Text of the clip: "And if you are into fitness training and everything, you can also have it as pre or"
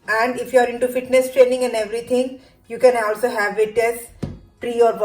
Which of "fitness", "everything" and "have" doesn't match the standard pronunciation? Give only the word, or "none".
everything